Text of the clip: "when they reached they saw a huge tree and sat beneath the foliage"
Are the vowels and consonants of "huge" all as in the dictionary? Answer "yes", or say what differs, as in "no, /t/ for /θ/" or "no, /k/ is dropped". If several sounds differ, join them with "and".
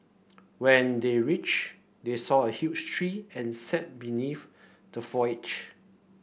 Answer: no, /tʃ/ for /dʒ/